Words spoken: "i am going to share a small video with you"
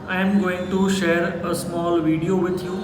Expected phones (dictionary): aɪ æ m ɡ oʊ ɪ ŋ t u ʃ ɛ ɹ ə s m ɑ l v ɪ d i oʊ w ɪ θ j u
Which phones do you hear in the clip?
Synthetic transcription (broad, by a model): aɪ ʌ m ɡ oʊ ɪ ŋ t u ʃ ɛ ɹ ə s m ɑ l v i d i oʊ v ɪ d j u